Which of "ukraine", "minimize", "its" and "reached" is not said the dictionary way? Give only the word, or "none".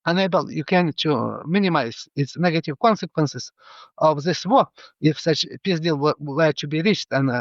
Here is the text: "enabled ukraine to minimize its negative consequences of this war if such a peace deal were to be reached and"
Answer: ukraine